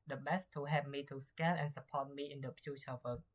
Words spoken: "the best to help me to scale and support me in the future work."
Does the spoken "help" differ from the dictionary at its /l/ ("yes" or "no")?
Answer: yes